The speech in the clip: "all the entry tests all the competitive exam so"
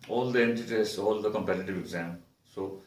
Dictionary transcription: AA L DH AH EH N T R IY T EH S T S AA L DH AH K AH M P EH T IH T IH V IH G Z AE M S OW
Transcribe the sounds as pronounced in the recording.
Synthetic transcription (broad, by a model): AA L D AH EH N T IY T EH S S AA L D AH K AH M P EH T IH T IH V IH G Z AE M S OW